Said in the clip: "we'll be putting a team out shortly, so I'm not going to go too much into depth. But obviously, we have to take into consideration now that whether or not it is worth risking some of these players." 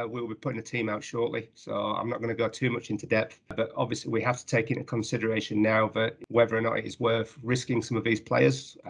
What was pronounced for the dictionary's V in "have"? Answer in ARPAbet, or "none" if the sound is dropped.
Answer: F